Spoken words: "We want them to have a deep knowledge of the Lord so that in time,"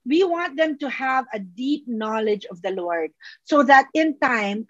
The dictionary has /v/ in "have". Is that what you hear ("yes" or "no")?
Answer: yes